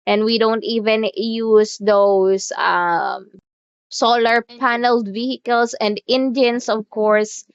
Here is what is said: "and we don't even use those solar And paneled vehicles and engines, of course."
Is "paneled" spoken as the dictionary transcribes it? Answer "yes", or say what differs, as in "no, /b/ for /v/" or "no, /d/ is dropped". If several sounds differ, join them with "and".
yes